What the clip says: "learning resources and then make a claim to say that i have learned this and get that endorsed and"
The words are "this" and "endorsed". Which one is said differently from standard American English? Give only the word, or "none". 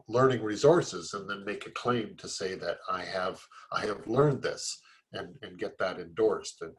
none